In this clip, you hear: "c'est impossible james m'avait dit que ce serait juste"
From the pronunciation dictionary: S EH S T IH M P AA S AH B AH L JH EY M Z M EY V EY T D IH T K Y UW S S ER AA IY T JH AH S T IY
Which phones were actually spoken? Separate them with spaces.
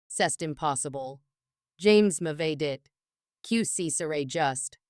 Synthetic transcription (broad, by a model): S EH S T IH M P AA S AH B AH L JH EY M Z M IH V EY D IH T K Y UW S S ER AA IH JH AH S T